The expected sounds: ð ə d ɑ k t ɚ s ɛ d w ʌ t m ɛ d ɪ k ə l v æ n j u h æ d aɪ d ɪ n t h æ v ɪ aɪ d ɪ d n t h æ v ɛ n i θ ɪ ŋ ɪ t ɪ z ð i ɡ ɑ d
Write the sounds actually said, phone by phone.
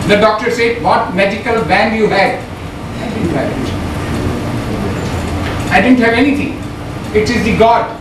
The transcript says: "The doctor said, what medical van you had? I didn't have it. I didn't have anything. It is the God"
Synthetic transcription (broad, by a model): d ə d ɑ k t ɚ s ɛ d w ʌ t m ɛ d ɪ k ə l b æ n j u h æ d aɪ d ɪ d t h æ ɪ aɪ d ɪ d n t h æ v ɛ n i t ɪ ŋ ɪ t ɪ z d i ɡ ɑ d